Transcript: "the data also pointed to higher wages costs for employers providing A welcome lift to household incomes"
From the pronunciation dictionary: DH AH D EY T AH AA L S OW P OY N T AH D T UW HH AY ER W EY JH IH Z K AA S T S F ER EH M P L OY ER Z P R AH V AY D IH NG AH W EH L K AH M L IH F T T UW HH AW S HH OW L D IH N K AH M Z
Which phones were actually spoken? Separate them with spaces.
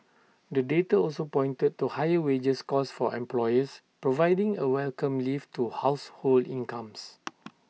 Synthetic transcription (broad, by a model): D AH D EY T AH AA L S OW P OY N T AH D T UW HH AY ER W EY JH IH S K AA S S F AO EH M P L OY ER S P R AH V AY D IH NG AH W EH L K AH M L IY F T T UW HH AW S HH OW L D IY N K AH M S